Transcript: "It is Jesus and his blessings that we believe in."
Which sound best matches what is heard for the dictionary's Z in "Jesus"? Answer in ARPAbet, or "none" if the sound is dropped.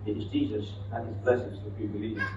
Z